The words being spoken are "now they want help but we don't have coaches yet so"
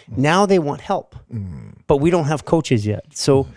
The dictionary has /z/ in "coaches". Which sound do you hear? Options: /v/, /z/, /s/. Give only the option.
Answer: /z/